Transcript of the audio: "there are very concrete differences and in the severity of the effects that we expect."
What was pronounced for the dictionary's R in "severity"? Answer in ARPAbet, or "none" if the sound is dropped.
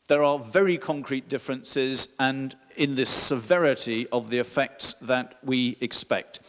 R